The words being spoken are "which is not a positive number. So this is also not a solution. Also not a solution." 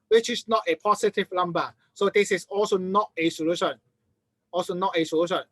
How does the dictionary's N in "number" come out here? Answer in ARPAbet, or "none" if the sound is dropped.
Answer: L